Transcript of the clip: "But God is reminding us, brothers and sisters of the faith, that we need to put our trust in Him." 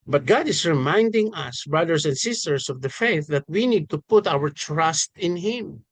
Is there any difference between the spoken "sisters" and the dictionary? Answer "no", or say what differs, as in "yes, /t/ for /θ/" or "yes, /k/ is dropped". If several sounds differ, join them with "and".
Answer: yes, /s/ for /z/